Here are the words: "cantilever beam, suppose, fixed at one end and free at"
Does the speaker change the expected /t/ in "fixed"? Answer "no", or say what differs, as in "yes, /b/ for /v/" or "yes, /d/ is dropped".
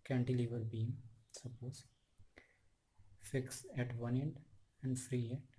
yes, /t/ is dropped